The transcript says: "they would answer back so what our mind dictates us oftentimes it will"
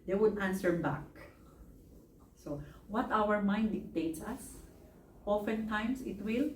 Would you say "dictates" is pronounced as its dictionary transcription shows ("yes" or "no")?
yes